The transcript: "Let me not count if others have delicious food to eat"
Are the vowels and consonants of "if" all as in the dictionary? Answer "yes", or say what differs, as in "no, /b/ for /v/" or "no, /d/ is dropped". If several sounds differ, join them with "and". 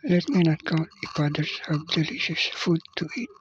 no, /p/ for /f/